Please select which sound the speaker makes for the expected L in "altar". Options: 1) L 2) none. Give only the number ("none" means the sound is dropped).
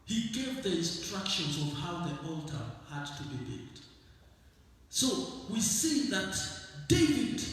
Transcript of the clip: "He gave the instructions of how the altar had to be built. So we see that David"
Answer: 1